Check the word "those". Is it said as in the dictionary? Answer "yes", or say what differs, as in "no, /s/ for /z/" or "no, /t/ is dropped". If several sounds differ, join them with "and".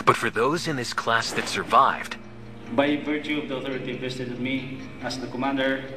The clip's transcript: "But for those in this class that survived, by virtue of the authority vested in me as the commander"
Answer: yes